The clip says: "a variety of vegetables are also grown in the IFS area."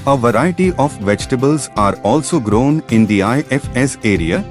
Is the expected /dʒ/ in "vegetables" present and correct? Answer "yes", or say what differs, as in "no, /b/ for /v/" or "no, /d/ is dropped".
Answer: yes